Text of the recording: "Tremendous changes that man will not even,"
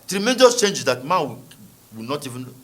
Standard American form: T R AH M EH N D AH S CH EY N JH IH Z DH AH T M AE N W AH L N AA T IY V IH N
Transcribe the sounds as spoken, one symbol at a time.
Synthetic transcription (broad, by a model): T R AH M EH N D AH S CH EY N JH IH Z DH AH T M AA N W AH W N AA T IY V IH N